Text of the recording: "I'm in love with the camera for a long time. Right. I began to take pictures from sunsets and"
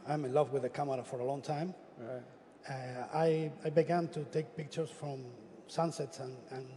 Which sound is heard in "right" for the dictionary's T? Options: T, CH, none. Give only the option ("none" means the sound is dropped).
none